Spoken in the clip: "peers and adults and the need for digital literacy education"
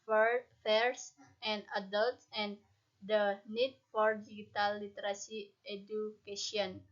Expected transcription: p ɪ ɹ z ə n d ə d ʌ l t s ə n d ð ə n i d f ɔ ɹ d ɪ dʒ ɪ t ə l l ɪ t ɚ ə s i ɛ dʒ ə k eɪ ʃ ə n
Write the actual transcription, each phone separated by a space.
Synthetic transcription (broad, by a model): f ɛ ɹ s ə n d ə d ʌ l t s ə n d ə n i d f ɔ ɹ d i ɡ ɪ t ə l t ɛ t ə s i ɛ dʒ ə k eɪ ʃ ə n